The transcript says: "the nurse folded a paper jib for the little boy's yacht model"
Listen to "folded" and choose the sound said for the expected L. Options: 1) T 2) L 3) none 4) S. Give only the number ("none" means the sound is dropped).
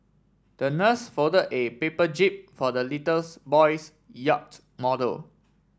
3